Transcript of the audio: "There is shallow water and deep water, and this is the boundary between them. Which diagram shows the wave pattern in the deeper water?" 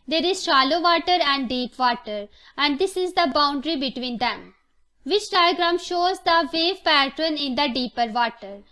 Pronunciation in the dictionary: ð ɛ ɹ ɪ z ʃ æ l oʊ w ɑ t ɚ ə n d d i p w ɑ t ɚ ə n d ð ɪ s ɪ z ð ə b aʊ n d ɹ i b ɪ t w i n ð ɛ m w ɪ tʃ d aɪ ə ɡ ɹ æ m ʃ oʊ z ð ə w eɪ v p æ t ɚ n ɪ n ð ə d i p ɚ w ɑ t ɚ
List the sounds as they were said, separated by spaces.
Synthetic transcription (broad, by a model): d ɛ ɹ ɪ z ʃ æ l oʊ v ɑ t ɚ ə n d d i p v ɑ t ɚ ə n d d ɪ s ɪ z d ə b aʊ n d ɹ i b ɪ t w i n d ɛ m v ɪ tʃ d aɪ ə ɡ ɹ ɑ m ʃ oʊ z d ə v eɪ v p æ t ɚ n ɪ n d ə d i p ɚ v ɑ t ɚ